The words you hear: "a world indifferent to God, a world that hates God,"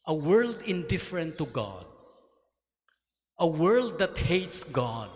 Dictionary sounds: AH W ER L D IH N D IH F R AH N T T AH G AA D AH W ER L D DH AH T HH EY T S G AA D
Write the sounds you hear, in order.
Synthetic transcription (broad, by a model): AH W ER L D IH N D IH F R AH N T T AH G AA D AH W ER L D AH T HH EY T S G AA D